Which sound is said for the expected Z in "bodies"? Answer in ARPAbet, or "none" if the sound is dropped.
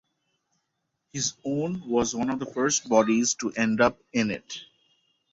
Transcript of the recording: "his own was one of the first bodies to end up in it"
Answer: Z